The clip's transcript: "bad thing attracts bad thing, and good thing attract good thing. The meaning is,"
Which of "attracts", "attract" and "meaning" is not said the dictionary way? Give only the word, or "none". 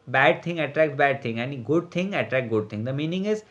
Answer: attracts